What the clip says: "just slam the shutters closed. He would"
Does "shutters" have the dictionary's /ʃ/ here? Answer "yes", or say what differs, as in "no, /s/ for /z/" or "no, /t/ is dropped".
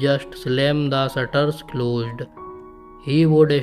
no, /s/ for /ʃ/